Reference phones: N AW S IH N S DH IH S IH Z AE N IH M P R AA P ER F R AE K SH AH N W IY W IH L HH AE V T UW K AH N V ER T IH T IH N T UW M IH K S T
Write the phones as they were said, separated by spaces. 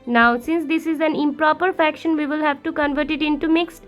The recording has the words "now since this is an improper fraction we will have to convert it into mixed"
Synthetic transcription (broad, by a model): N AW S IH N S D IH S IH Z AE N IH M P R AA P ER F AE K SH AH N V IY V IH L HH AE V T UW K AH N V ER T IH T IH N T UW M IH K S T